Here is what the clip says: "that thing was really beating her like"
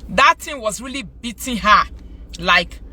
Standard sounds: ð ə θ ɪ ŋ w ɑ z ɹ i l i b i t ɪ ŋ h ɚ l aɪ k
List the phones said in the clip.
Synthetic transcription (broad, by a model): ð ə t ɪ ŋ w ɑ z ɹ i l i b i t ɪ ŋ h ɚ l aɪ k